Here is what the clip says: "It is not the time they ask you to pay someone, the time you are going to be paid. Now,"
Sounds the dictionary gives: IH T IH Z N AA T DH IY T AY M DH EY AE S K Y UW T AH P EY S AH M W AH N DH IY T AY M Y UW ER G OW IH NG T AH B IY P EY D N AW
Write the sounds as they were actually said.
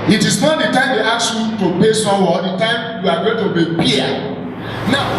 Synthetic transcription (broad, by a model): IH T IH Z N AA T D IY T AY M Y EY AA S Y UW T AH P EY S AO W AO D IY T AY M Y UW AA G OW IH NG T AH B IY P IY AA N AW